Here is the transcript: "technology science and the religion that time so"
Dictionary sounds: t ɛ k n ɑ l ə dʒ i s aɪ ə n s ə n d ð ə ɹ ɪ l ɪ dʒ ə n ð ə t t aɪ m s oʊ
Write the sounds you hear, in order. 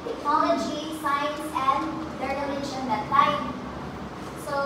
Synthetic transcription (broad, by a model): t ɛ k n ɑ l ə dʒ i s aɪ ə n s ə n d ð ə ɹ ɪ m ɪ ʃ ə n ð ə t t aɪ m s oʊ